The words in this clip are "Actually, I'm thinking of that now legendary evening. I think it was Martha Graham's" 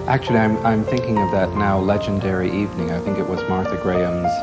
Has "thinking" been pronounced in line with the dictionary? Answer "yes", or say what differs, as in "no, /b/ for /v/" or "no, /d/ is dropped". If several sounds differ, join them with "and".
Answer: yes